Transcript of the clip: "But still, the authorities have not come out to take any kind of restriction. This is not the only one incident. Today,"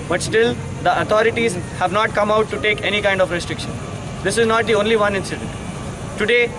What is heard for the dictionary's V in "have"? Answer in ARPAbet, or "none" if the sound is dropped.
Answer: V